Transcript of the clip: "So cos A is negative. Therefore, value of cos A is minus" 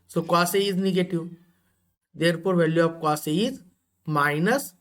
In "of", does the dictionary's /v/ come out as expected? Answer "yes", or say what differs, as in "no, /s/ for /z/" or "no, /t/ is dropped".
no, /p/ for /v/